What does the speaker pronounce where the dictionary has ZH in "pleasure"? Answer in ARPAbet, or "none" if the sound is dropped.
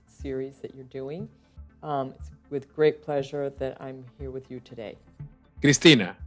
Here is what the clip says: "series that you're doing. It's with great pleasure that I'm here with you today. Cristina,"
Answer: ZH